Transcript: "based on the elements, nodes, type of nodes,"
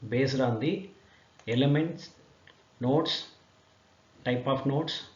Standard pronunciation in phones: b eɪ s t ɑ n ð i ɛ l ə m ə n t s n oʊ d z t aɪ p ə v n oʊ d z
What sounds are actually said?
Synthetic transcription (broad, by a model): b eɪ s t ɑ n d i ɛ l ə m ə n t s n oʊ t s t aɪ p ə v n oʊ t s